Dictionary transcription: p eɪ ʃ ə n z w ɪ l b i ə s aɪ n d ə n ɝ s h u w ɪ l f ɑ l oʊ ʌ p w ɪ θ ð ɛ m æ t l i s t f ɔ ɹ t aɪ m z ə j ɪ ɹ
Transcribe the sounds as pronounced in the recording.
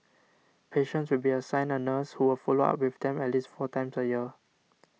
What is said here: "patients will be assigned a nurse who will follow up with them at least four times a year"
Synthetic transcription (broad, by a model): p eɪ ʃ ə n s w ɪ l b i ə s aɪ n ə n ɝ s h u w ɪ l f ɑ l oʊ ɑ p w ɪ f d ɛ m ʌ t l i s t f ɔ t aɪ m s ə j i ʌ